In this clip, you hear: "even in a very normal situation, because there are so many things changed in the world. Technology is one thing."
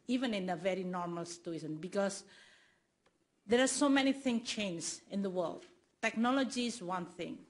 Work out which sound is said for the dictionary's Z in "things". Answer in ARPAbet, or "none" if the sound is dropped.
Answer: none